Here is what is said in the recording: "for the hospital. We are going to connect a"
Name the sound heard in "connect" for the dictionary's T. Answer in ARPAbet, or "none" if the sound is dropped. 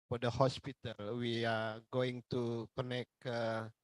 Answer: none